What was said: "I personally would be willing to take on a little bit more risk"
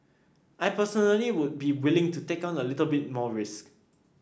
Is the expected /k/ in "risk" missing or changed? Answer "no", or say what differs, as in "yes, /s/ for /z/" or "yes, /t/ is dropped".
no